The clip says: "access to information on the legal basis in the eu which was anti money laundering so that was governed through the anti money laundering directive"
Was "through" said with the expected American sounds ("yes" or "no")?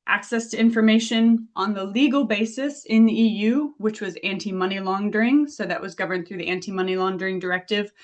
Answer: yes